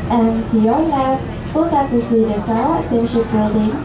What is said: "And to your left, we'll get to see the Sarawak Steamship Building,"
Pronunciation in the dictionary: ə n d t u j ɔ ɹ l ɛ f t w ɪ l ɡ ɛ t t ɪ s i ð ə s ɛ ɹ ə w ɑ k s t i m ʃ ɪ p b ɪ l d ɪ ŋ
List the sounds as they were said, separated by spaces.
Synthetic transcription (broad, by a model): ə n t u j ɔ ɹ n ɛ t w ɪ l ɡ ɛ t t ɪ s i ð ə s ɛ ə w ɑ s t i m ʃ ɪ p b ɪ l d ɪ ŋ